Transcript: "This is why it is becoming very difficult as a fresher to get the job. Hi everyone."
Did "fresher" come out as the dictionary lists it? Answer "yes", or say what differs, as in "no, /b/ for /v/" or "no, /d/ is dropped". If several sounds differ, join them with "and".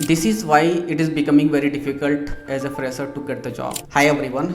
no, /s/ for /ʃ/